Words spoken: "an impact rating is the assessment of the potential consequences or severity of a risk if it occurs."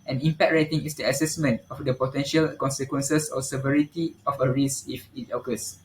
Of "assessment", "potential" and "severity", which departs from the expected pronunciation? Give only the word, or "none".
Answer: none